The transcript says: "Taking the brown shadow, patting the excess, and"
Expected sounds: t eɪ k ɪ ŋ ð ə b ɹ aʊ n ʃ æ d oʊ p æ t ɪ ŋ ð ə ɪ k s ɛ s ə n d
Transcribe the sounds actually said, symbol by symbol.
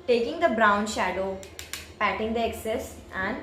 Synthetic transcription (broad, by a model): t eɪ k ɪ ŋ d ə b ɹ aʊ n ʃ æ d oʊ p æ t ɪ ŋ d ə ɪ k s ɛ s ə n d